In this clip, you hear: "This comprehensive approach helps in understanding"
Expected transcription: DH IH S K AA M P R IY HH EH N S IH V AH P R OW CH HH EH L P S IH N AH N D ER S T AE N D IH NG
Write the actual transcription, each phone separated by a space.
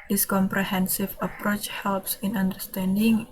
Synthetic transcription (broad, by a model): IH S K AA M P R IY HH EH N S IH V AH P R OW CH HH EH L P S IH N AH N D ER S T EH N D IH NG